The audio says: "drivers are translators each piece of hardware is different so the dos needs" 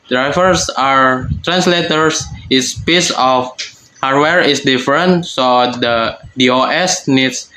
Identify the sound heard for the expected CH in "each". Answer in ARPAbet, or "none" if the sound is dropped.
S